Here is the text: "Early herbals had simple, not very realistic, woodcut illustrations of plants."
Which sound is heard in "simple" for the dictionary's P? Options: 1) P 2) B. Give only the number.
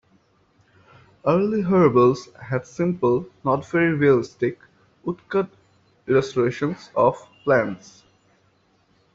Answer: 1